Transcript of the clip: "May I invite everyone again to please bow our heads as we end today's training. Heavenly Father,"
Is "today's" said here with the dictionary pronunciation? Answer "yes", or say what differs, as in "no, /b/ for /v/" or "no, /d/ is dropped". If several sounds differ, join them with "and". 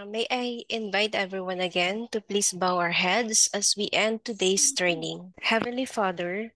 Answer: no, /s/ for /z/